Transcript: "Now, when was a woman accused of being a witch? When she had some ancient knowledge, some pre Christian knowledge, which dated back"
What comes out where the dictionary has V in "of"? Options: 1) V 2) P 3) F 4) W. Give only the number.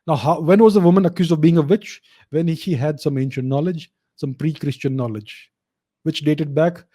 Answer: 1